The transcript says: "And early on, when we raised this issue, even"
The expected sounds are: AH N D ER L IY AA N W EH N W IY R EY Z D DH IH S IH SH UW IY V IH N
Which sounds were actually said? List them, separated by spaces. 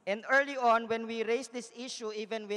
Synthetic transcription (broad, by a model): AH N D ER L IY AA N W EH N W IY R EY S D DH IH S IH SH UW IY V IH N